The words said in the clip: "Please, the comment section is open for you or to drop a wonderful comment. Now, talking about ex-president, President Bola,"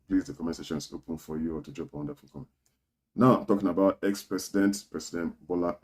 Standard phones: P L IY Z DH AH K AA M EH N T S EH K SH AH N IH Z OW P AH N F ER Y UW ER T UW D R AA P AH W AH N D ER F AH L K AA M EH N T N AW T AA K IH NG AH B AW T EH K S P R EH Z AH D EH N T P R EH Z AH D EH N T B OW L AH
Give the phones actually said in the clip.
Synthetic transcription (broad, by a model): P L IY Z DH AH K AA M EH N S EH SH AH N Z OW P AH N F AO Y UW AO T UW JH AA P AH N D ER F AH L K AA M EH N N AW T AA K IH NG AH B AW T EH K S P R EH S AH D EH N T P R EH S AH D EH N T B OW L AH